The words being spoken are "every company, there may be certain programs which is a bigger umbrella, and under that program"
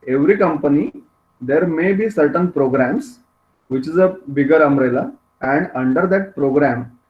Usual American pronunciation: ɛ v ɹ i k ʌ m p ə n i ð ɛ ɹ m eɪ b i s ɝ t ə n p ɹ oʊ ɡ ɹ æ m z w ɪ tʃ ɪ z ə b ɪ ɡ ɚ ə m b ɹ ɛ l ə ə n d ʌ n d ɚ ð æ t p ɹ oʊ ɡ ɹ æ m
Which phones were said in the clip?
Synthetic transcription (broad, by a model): ɛ v ɹ i k ʌ m p ə n i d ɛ ɹ m eɪ b i s ɝ t ə n p ɹ oʊ ɡ ɹ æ m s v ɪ tʃ ɪ z ə b ɪ ɡ ɚ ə m ɹ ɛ l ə ə n d ʌ n d ɚ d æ t p ɹ oʊ ɡ ɹ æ m